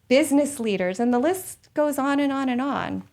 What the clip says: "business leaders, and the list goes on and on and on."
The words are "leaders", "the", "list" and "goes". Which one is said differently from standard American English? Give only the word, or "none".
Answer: none